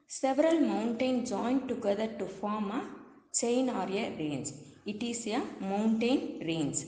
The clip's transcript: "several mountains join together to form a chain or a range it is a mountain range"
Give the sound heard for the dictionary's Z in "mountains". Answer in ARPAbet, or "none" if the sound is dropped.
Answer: none